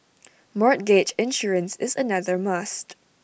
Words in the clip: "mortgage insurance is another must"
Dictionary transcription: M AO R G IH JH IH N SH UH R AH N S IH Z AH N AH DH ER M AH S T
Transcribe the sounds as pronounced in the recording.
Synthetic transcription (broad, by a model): M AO R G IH CH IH N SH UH R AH N S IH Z AH N AH DH ER M AH S T